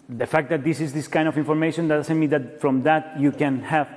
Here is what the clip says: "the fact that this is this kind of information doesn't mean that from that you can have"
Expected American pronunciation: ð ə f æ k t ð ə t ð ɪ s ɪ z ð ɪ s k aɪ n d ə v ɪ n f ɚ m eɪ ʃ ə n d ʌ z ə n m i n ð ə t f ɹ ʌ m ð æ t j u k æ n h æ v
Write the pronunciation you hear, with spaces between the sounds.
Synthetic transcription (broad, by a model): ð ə f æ k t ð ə t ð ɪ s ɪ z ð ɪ s k aɪ n d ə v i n f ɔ m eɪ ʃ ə n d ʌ s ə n m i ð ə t f ɹ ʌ m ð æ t j u k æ n h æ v